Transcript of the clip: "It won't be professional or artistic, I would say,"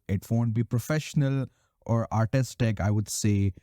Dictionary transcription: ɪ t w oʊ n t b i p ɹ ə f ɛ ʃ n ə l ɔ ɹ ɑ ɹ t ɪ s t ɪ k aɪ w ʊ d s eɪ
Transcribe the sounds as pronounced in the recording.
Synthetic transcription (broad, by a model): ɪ t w oʊ n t b i p ɹ ə f ɛ ʃ n ə l ɔ ɹ ɑ ɹ t ɪ s t ɪ k aɪ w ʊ d s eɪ